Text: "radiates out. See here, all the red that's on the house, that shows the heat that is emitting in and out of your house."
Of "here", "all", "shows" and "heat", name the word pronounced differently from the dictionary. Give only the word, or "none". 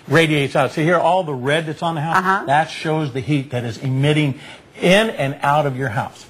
none